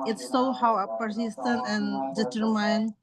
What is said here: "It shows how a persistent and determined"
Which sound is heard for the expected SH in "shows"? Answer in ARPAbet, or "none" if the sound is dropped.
S